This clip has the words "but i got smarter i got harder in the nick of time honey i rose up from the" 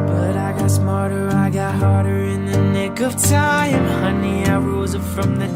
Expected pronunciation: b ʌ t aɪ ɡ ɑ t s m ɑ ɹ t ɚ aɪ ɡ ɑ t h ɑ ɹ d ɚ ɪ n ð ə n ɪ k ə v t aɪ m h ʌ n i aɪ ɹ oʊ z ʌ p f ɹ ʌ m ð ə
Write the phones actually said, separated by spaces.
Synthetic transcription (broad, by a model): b ʌ t aɪ ɡ ɑ t s m ɑ ɹ t ɚ aɪ ɡ ɑ t h ɑ ɹ d ɚ ɪ n ð ə n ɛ k ə v t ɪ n h ʌ n i aɪ ɹ oʊ z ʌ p f ɹ ʌ m ð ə